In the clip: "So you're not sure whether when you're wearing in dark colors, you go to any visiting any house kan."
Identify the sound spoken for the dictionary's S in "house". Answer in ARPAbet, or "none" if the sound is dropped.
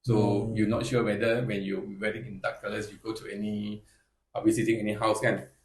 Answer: S